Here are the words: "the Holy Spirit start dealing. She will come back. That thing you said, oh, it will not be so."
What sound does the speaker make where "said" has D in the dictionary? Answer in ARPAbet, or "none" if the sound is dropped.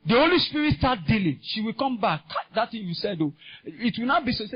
D